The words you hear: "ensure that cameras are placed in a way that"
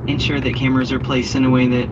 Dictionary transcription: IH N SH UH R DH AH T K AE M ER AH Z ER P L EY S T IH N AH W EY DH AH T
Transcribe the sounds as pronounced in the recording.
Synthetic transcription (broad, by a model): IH N SH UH R DH AH T K AE M ER AH Z ER P L EY S T IH N AH W EY DH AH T